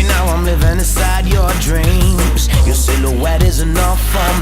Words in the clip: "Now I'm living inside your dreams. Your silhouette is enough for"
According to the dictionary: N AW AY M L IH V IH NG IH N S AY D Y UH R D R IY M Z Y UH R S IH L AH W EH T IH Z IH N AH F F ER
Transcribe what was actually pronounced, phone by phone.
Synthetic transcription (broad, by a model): N AW AY M L IH V IH NG IH N S AY D Y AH R D R IY M Z Y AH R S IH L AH W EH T IH Z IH N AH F F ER